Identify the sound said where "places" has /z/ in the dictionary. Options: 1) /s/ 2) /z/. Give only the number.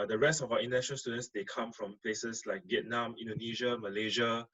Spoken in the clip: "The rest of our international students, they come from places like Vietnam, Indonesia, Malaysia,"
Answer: 1